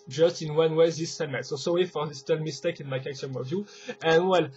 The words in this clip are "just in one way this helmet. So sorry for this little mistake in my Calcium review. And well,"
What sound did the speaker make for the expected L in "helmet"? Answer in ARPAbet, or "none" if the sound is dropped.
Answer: none